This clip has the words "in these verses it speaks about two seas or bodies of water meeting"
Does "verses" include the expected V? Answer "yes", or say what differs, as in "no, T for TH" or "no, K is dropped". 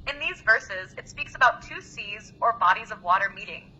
yes